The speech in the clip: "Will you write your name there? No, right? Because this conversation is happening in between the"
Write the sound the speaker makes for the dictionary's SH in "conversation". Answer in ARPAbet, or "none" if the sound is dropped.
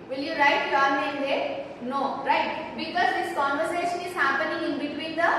SH